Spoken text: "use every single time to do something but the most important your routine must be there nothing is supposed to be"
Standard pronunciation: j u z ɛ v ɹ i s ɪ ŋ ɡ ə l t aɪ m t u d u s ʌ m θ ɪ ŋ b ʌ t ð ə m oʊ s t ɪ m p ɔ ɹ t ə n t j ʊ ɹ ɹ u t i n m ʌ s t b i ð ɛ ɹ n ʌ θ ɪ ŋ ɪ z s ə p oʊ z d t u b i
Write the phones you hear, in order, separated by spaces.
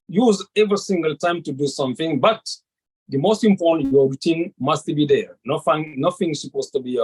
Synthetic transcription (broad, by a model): j u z ɛ v ɹ i s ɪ ŋ ɡ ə l t aɪ m t u d u s ʌ m θ ɪ ŋ b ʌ t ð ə m oʊ s t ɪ m p ɔ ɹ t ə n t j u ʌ ɹ u t i n m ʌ s t b i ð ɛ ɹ n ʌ f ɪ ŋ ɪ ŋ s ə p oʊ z t u b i